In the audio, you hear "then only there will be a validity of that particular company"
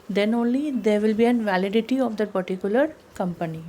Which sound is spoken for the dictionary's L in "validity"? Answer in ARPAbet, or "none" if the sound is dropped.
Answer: L